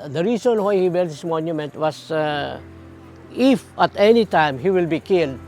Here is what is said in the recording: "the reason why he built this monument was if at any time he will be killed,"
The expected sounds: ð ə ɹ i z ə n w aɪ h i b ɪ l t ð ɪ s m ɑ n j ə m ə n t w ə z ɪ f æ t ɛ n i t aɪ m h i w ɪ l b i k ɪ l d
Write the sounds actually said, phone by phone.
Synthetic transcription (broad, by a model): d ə ɹ i s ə n w aɪ h i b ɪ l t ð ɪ s m ɑ n j ə m ə n t w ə s ɪ f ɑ t ɛ n i t aɪ m h i w ɪ l b i k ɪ l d